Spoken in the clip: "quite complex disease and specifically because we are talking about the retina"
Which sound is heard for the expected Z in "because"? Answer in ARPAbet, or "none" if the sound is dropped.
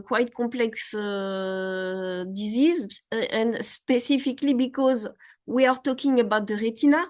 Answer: Z